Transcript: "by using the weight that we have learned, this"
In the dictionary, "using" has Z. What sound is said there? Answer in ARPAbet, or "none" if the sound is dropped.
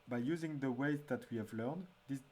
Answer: Z